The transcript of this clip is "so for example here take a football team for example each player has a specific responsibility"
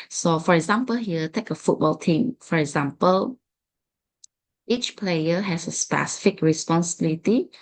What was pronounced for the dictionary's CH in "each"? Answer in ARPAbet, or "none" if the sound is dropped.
CH